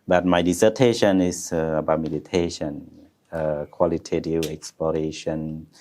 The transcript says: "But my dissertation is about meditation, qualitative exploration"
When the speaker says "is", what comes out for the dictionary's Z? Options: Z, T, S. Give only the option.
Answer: S